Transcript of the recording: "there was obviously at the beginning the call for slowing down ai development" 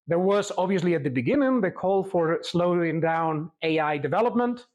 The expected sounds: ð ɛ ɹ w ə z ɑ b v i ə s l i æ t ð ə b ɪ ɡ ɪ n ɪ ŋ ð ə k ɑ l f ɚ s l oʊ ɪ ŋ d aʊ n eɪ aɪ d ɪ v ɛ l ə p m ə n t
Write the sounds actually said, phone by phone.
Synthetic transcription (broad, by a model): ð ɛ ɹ w ə z ɑ b v i ə s l i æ t ð ə b ɪ ɡ ɪ n ɪ ŋ ð ə k ɑ l f ɚ s l oʊ ɪ ŋ d aʊ n eɪ aɪ d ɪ v ɛ l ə p m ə n t